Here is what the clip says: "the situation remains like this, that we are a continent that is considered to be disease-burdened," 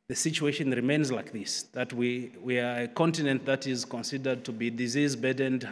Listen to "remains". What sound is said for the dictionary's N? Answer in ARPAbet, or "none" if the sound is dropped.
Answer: N